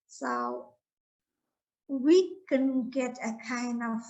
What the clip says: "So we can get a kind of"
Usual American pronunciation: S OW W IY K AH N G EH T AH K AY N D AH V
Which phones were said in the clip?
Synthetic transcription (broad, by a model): S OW W IY K AH N G EH T AH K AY N AH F